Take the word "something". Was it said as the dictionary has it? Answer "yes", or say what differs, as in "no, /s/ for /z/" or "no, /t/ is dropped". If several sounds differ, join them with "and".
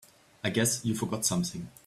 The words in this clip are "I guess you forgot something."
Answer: yes